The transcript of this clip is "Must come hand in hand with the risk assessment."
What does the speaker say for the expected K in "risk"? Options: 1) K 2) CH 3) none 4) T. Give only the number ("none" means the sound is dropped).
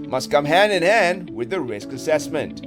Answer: 1